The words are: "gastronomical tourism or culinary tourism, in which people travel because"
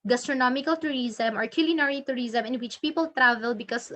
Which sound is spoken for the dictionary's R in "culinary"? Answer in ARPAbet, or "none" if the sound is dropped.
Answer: R